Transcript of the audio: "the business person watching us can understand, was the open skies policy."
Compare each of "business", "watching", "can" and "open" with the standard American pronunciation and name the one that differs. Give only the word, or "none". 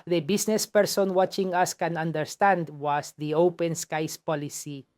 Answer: business